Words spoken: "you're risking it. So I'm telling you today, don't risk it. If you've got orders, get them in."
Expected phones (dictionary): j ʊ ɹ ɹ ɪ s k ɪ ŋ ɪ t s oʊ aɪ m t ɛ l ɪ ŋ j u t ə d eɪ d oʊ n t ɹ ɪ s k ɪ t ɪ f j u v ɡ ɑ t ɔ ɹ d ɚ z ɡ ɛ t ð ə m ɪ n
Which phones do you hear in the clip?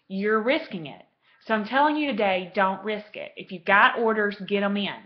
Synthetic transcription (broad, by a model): j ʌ ɹ ɹ ɪ s k ɪ ŋ ɪ t s oʊ aɪ m t ɛ l ɪ ŋ j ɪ t ə d eɪ d oʊ n t ɹ ɪ s k ɪ t ɪ f j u v ɡ ɑ t ɔ ɹ d ɚ z ɡ ɛ t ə m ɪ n